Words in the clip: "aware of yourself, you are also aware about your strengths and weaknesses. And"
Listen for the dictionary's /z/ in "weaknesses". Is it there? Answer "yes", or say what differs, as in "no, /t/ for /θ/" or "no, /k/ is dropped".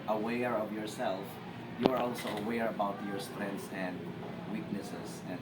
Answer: no, /s/ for /z/